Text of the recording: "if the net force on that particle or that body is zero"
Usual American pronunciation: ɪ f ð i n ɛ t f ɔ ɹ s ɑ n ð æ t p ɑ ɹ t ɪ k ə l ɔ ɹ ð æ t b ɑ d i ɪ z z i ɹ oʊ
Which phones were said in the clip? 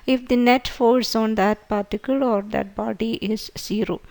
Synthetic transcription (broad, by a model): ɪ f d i n ɛ t f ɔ l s ɑ n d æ t p ɑ ɹ t ɪ k ə l ɔ ɹ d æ t b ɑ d i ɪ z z i ɹ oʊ